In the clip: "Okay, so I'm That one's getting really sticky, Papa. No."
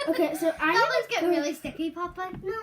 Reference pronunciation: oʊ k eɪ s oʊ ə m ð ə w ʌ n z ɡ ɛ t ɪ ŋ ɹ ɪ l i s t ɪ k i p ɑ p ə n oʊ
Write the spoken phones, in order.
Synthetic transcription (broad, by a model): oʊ k eɪ s oʊ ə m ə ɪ z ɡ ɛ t ɹ ɪ l i s t ɪ k i p ɑ p ə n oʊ